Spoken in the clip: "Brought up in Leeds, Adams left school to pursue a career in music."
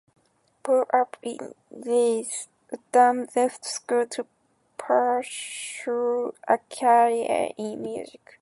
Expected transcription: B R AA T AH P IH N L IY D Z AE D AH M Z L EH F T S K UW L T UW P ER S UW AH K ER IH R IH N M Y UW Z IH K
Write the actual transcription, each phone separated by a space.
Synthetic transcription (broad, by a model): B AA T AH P IH N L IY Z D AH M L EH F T S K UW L T UW P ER SH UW AH K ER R IH N M Y UW Z IH K